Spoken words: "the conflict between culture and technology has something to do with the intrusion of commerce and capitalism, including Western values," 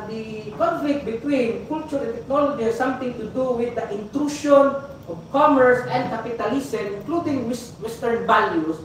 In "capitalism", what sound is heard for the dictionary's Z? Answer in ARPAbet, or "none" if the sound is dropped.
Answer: S